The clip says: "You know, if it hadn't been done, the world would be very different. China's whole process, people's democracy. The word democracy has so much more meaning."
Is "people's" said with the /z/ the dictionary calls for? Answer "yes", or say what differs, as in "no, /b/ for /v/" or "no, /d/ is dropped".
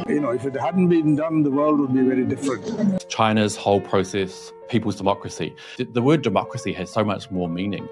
yes